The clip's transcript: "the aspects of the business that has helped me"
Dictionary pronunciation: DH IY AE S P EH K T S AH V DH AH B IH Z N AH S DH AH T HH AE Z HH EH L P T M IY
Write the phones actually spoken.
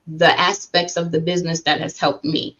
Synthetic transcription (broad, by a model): DH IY AE S P EH K T S AH V DH AH B IH Z N AH S DH AH T HH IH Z HH EH L P T M IY